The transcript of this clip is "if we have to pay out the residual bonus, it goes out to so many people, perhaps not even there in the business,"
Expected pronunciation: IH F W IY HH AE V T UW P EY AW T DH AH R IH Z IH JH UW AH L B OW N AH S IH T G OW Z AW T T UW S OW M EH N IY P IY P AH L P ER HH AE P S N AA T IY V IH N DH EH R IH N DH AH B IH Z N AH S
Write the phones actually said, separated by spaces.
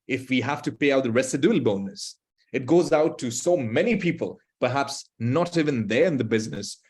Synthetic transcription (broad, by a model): IH F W IY HH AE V T UW P EY AW T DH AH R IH S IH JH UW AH L B OW N AH S IH T G OW Z AW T T UW S OW M EH N IY P IY P AH L P ER HH AE P S N AA T IY V IH N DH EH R IH N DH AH B IH Z N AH S